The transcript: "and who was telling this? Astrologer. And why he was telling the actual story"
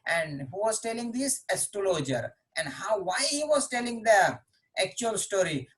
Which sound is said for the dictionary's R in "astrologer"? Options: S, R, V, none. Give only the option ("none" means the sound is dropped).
none